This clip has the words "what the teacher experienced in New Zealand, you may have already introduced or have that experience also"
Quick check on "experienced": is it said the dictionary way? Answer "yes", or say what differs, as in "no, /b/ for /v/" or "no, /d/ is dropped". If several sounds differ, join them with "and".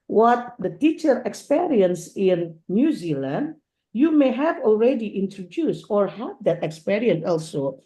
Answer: no, /t/ is dropped